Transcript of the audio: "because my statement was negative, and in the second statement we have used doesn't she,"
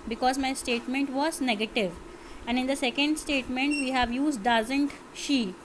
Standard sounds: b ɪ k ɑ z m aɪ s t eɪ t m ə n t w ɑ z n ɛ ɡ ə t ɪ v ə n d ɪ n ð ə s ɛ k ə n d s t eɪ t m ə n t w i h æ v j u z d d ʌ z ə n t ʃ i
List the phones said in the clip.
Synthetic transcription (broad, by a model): b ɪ k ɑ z m aɪ s t eɪ t m ə n t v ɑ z n ɛ ɡ ə t ɪ v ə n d ɪ n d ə s ɛ k ə n d s t eɪ t m ə n t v i h æ v j u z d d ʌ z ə n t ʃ i